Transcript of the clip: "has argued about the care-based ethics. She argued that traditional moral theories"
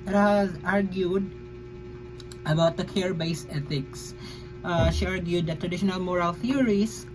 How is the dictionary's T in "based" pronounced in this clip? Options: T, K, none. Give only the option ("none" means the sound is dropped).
none